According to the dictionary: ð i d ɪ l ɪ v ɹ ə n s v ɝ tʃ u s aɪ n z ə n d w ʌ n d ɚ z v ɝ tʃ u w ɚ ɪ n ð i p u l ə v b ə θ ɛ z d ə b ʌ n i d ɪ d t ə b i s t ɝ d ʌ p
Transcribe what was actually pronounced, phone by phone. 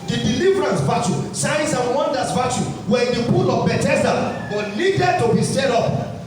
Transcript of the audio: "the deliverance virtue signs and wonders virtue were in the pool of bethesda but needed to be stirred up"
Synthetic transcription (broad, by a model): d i d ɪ l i v ɹ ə n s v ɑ tʃ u s aɪ n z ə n w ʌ n d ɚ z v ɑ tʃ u w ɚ ɪ n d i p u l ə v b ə t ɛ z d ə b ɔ l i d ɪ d t ə b i s t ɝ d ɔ p